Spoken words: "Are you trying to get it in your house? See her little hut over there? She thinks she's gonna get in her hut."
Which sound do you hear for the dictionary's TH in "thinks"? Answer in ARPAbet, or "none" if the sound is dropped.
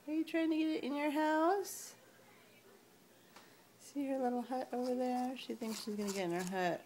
TH